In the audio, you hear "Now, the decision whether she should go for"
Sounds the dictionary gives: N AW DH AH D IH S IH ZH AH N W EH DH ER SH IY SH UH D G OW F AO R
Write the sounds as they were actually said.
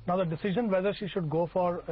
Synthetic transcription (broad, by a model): N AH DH AH D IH S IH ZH AH N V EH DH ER SH IY SH UH D G OW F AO R